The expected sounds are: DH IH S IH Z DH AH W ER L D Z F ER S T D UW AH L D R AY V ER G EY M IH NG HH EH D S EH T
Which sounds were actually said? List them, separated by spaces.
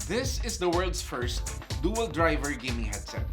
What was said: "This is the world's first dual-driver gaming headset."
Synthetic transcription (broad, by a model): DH IH S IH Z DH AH W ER L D S F ER S T D UW AH L D R AY V ER G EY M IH HH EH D S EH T